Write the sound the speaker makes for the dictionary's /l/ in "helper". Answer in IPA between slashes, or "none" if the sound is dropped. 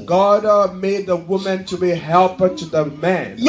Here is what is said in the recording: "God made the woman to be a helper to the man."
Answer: /l/